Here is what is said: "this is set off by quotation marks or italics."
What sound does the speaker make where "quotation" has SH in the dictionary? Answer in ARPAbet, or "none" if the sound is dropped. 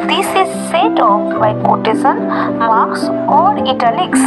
S